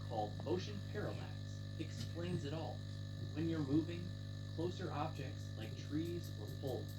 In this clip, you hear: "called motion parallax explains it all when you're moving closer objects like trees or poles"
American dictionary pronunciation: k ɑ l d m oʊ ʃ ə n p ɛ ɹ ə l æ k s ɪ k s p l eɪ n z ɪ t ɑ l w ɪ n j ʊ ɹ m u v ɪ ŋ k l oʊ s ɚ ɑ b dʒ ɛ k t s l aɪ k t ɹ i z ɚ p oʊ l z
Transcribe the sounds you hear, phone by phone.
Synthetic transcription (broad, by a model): k ɑ l d m oʊ ʃ ə n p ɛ ɹ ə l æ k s ɪ k s p l eɪ n z ɪ t ɑ l w ɪ n j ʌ ɹ m u v ɪ ŋ k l oʊ s ɚ ɑ b dʒ ɛ k t s l aɪ k t ɹ i z ɚ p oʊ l